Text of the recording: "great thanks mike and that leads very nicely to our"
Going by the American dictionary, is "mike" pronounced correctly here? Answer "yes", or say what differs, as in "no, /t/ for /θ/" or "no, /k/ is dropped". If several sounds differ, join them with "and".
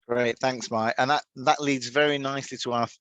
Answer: no, /k/ is dropped